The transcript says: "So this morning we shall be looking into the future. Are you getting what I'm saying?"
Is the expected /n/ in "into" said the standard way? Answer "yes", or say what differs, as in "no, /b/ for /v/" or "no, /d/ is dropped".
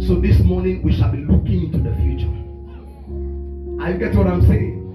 yes